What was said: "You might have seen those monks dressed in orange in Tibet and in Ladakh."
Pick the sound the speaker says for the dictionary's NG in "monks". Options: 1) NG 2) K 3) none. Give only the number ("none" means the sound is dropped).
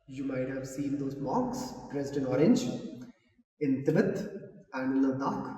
3